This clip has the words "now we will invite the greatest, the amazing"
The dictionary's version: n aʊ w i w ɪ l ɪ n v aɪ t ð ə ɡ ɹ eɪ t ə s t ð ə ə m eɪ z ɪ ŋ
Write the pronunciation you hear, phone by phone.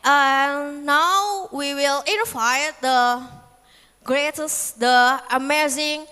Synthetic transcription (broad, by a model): n aʊ w i w ɪ l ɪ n f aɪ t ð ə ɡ ɹ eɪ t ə s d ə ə m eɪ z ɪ ŋ